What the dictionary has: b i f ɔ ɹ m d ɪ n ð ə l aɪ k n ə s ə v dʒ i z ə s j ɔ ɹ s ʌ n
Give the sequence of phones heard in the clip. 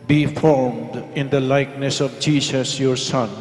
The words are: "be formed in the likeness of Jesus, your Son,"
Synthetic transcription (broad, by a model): b i f ɔ ɹ m d ɪ n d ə l aɪ k n ə s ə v dʒ i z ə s j ɔ ɹ s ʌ n